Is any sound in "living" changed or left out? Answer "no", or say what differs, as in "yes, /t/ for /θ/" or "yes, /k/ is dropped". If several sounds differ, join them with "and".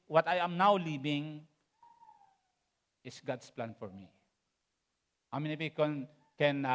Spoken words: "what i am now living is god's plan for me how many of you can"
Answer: yes, /b/ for /v/